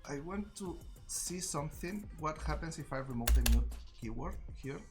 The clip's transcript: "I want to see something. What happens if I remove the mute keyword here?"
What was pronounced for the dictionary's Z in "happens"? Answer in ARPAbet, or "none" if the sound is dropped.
S